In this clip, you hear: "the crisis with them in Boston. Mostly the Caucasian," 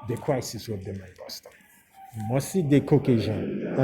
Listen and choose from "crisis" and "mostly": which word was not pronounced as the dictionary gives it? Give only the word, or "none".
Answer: mostly